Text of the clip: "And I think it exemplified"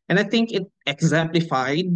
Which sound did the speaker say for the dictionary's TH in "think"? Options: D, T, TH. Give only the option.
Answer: T